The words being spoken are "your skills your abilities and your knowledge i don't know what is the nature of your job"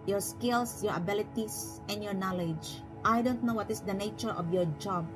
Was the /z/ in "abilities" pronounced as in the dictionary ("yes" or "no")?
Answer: no